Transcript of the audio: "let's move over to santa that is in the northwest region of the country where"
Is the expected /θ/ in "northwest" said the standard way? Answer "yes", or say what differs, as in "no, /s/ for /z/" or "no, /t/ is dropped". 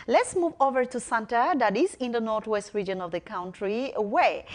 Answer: no, /t/ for /θ/